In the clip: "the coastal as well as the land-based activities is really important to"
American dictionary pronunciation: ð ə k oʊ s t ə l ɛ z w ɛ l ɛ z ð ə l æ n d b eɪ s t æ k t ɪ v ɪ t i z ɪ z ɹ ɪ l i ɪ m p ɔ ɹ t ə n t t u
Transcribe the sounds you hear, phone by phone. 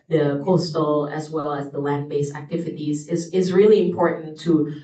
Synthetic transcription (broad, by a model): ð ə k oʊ s t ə l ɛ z w ɛ l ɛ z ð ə l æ n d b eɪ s æ k t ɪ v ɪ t i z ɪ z ɹ ɪ l i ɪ m p ɔ ɹ t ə n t t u